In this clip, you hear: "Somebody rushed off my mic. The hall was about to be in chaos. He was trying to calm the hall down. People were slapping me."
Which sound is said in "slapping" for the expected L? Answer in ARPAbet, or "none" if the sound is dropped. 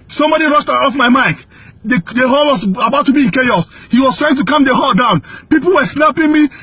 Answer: N